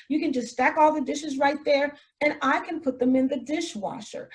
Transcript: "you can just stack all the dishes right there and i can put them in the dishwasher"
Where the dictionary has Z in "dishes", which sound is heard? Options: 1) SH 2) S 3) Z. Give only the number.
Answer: 3